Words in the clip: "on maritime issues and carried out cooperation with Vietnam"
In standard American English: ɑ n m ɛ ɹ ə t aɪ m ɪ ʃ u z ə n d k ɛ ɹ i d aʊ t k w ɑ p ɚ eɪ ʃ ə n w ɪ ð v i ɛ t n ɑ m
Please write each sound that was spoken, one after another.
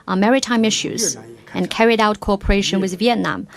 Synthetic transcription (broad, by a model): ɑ m ɛ ɹ ə t aɪ m ɪ ʃ u z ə n k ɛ ɹ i d aʊ t k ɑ p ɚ eɪ ʃ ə n w ɪ ð v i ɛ t n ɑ m